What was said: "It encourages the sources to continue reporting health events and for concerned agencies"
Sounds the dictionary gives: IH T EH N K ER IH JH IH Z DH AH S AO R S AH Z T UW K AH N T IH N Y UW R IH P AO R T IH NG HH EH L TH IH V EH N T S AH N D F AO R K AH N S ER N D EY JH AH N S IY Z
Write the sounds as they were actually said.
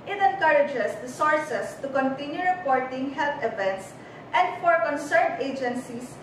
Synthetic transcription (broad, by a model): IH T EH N K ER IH JH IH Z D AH S AO R S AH S T UW K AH N T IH N Y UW R IH P AO R T IH NG HH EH L T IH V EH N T S AH N D F AO R K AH N S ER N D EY JH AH N S IY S